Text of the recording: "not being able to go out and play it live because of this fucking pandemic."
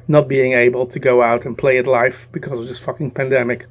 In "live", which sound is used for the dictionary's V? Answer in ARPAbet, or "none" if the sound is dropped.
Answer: F